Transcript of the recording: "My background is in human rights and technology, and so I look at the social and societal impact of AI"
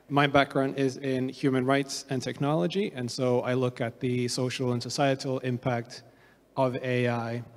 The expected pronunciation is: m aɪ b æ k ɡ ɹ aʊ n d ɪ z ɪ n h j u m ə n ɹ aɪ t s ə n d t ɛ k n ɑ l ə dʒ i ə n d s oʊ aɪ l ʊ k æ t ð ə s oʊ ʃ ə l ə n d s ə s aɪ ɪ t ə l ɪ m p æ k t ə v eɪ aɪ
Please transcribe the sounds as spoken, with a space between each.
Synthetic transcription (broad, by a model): m aɪ b æ k ɡ ɹ aʊ n d ɪ z ɪ n h j u m ə n ɹ aɪ t s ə n t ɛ k n ɑ l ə dʒ i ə n s oʊ aɪ l ʊ k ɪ t ð ə s oʊ ʃ l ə n s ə s aɪ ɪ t l ɪ m p æ k t ə v eɪ aɪ